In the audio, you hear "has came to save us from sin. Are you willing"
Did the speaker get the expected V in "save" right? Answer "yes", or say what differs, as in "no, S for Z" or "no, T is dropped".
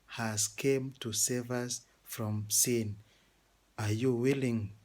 yes